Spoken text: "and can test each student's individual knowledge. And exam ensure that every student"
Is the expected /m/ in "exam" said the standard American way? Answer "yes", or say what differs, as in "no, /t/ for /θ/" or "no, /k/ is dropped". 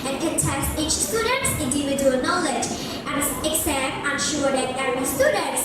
no, /m/ is dropped